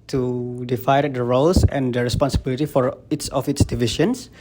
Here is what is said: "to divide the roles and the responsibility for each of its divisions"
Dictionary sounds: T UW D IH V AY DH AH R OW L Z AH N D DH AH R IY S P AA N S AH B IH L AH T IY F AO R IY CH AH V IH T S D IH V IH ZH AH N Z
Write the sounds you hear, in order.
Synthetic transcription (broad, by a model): T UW D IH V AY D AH R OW L S AH N D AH R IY S P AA N S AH B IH L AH T IY F AO R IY S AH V IH T S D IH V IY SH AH N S